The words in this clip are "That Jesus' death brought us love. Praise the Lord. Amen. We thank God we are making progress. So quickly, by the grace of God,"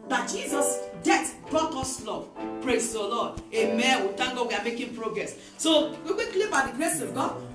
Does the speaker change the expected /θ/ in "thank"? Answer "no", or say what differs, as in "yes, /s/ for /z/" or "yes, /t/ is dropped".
yes, /t/ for /θ/